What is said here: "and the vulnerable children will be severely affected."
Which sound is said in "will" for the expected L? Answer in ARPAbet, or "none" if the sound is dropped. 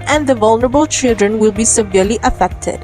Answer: L